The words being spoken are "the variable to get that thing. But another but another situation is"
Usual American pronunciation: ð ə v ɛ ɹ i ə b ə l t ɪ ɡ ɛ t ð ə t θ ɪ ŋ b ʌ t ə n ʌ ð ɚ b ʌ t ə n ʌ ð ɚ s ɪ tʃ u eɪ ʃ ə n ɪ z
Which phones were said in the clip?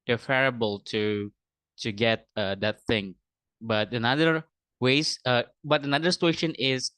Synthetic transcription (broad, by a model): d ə f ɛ ɹ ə b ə l t ɪ ɡ ɛ t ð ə t θ ɪ ŋ b ʌ t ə n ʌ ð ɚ b ʌ t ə n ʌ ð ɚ s ɪ tʃ u eɪ ʃ ə n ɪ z